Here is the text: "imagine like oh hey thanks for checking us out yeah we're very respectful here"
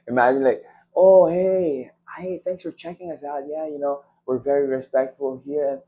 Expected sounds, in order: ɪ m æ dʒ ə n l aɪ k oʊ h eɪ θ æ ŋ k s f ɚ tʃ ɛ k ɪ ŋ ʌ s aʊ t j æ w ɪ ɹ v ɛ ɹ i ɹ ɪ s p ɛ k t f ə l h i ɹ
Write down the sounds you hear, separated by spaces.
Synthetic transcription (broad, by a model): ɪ m æ dʒ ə n l aɪ k oʊ h eɪ θ æ ŋ k s f ɚ tʃ ɛ k ɪ ŋ ʌ s aʊ t j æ w ɪ ɹ v ɛ ɹ i ɹ ɪ s p ɛ k t f ə l h i ɹ